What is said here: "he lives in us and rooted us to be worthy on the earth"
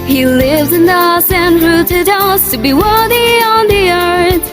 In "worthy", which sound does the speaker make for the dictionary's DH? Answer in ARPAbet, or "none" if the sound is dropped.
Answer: DH